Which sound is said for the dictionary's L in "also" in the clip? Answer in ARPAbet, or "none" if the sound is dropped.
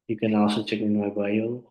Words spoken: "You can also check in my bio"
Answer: none